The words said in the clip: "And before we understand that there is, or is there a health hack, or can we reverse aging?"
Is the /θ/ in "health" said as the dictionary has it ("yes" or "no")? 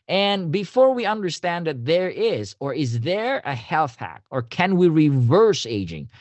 yes